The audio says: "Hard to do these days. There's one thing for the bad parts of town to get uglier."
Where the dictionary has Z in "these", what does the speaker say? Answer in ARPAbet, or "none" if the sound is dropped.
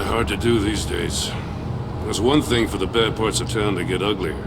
Z